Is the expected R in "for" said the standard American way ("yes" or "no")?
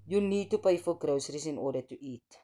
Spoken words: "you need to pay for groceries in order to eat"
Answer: no